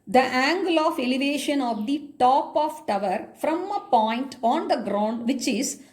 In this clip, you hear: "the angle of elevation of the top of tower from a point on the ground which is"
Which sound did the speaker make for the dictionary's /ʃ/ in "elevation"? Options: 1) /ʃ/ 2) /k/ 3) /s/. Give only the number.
1